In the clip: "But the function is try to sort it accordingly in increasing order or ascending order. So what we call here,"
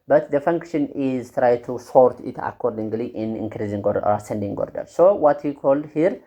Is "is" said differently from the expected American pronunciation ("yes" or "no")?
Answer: no